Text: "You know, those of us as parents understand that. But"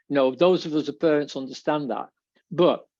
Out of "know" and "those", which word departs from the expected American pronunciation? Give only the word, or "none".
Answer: none